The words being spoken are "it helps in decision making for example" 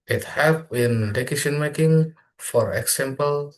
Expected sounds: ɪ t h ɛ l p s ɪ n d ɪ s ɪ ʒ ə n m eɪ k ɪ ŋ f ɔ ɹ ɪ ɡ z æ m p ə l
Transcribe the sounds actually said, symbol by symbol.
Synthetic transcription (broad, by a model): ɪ t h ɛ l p ɪ n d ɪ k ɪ s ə n m eɪ k ɪ ŋ f ɔ ɹ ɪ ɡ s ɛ m p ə l